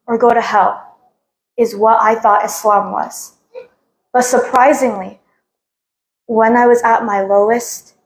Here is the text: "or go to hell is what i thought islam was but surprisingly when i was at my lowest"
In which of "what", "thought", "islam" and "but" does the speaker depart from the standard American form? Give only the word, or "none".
none